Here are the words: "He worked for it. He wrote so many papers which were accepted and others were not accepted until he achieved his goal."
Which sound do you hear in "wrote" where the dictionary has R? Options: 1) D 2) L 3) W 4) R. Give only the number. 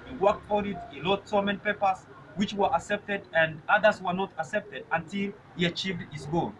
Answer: 2